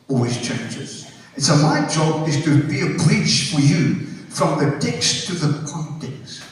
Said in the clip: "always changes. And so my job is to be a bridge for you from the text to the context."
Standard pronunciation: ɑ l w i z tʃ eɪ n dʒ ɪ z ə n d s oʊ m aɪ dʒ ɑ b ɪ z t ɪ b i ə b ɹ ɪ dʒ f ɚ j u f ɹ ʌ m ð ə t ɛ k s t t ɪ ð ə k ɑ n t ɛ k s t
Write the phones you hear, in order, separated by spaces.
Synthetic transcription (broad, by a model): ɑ l w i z tʃ eɪ n dʒ ɪ z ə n s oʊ m aɪ dʒ ɑ b ɪ z t ɪ b i ə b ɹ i tʃ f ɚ j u f ɹ ʌ m ð ə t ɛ k s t t ɪ ð ə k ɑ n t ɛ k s